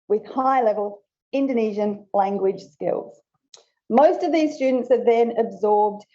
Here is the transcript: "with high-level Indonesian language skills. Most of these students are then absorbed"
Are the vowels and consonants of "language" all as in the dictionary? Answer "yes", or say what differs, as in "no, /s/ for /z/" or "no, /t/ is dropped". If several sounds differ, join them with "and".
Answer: no, /ʒ/ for /dʒ/